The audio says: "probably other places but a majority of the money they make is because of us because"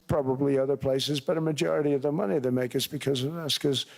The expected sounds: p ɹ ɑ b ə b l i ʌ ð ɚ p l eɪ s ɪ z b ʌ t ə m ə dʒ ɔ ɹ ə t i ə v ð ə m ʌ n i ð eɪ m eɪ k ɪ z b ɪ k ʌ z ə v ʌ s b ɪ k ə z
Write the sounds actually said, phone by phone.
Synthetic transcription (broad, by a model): p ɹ ɑ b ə b l i ʌ ð ɚ p l eɪ s ɪ z b ʌ t ə m ə dʒ ɔ ɹ ə t i ə v ð ə m ʌ n i ð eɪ m eɪ k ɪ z b ɪ k ʌ z ə v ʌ s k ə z